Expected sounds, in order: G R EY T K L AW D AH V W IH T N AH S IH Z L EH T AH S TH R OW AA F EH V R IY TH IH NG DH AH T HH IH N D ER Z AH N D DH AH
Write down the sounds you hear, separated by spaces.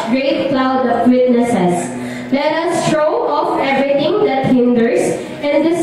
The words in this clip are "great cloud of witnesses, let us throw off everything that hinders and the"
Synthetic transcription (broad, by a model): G R EY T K L AW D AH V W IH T N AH S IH S L EH T AH S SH OW AA F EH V R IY T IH NG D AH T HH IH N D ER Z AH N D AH